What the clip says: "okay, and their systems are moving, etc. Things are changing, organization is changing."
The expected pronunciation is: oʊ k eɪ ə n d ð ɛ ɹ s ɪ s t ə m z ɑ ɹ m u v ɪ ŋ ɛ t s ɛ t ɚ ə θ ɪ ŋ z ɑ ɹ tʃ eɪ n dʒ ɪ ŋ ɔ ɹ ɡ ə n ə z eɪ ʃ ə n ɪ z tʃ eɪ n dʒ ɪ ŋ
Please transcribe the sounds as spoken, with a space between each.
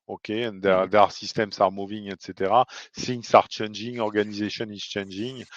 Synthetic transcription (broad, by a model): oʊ k eɪ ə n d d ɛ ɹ s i s t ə m s ɑ ɹ m u v ɪ ŋ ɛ t s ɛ t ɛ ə s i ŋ s ɑ ɹ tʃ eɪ n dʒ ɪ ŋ ɔ ɹ ɡ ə n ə z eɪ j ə n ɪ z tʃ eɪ n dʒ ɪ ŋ